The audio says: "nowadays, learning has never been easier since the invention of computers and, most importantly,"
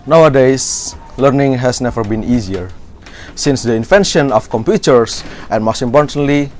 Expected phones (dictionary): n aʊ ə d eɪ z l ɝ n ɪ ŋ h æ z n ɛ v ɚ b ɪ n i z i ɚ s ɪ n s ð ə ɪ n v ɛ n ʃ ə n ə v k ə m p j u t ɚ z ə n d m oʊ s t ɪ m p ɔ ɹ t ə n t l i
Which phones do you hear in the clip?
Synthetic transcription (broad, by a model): n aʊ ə d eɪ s l ɝ n ɪ ŋ h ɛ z n ɛ v ɚ b ɪ n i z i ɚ s ɪ n s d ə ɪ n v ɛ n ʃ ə n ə f k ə m p j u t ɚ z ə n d m oʊ s t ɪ m p ɔ ɹ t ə n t l i